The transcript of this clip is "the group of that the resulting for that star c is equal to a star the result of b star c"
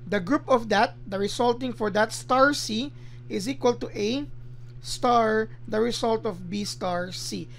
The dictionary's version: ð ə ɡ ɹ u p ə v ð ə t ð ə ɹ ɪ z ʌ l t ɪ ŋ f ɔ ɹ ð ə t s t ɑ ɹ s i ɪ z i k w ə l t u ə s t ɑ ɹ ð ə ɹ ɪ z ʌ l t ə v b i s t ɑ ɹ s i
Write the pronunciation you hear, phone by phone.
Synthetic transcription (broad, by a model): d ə ɡ ɹ u p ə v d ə t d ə ɹ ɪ s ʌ l t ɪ ŋ f ɔ ɹ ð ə t s t ɑ ɹ s i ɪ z i k w ə l t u ə s t ɑ ɹ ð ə ɹ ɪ s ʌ l t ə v b i s t ɑ ɹ s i